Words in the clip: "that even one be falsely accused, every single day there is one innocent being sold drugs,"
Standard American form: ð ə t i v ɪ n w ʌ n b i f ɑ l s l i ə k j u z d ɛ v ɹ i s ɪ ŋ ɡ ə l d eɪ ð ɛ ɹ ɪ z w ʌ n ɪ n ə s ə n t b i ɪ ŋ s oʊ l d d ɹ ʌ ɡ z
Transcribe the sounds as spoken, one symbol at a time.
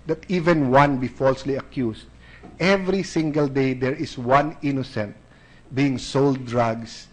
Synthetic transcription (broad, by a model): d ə t i v ɪ n w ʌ n b i f ɑ l s l i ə k j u s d ɛ v ɹ i s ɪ ŋ ɡ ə l d eɪ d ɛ ɹ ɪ s w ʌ n ɪ n ə s ə n t b i ɪ ŋ s oʊ l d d ɹ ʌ ɡ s